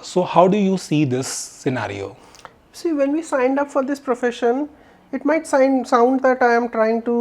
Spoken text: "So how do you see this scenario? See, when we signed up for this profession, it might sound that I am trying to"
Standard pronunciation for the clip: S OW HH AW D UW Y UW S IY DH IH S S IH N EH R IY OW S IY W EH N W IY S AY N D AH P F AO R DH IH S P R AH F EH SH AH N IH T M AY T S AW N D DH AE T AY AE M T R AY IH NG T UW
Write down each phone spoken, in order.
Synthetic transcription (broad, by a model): S OW HH AW D UW Y UW S IY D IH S S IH N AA R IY OW S IY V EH N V IY S AY N D AH P F AO R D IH S P R AH F EH SH AH N IH T M AY T S AW N D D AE T AY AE M T R AY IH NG T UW